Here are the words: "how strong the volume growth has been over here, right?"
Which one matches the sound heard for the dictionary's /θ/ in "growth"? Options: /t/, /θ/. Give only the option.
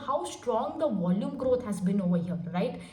/t/